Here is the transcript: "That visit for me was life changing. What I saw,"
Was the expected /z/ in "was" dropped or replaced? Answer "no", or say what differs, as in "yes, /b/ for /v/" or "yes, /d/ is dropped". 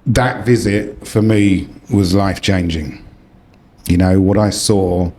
no